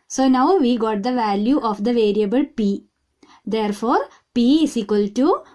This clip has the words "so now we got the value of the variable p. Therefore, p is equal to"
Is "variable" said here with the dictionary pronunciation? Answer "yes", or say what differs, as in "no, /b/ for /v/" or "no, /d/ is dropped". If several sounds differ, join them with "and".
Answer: yes